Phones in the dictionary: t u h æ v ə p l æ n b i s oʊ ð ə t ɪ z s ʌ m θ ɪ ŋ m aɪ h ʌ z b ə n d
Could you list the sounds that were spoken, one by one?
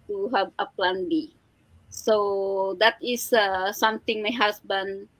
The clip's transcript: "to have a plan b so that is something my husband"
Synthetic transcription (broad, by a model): t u h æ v ə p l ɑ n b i s oʊ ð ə t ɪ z s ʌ m t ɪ ŋ m aɪ h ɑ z b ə n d